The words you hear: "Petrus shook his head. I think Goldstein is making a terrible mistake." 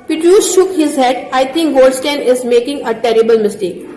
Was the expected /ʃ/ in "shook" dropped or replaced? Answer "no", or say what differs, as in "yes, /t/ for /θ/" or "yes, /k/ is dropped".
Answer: no